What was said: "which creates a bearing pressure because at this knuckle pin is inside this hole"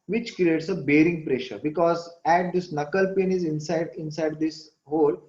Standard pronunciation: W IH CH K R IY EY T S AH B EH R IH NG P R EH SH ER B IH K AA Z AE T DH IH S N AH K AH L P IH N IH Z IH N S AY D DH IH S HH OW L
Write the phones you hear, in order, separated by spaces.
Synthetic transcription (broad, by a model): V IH CH K R IY EY T S AH B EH R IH NG P R EH SH ER B IH K AA Z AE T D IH S N AH K AH L P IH N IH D IH N S AY D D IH S HH OW L